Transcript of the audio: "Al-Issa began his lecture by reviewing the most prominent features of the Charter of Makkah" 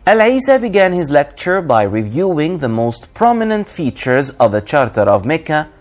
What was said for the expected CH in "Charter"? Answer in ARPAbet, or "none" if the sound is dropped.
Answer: CH